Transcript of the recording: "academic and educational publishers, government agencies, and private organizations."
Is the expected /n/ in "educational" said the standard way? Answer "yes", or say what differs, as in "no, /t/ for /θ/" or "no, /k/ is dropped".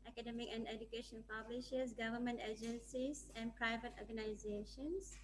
no, /n/ is dropped